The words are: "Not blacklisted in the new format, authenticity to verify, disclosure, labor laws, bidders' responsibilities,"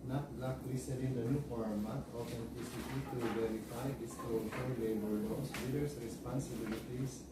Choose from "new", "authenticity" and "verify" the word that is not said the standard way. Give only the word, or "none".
authenticity